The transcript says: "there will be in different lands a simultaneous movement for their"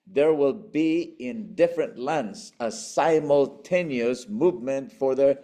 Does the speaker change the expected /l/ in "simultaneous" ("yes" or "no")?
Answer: no